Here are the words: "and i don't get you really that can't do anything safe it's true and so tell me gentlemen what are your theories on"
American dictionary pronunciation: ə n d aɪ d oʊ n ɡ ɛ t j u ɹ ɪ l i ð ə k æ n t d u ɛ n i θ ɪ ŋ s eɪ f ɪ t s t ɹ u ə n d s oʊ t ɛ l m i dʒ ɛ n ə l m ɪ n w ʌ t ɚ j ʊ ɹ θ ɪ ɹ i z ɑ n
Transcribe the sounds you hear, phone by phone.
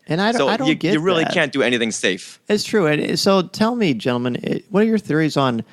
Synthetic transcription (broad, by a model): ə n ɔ aɪ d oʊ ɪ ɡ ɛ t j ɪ ɹ ɪ l i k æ n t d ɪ ɛ n i θ ɪ ŋ s eɪ f ɪ t s t ɹ u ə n s oʊ t ɛ l m i dʒ ɛ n l m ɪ n w ʌ t ɚ j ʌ ɹ θ ɪ ɹ i z n